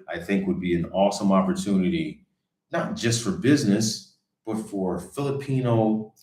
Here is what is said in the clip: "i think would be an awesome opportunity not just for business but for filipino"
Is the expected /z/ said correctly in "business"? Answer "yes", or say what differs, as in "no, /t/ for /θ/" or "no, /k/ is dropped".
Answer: yes